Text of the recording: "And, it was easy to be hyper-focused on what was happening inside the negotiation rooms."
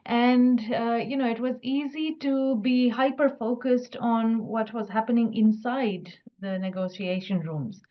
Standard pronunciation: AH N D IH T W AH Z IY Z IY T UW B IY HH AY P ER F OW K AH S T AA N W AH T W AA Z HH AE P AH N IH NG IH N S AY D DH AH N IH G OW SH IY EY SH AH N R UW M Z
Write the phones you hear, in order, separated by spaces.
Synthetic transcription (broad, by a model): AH N D IH T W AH Z IY Z IY T UW B IY HH AY P ER F OW K AH S T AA N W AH T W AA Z HH AE P AH N IH NG IH N S AY D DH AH N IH G OW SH IY EY SH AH N R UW M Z